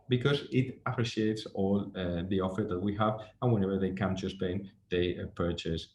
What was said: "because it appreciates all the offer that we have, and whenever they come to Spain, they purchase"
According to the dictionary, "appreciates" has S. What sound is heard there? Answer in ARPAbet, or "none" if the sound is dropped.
S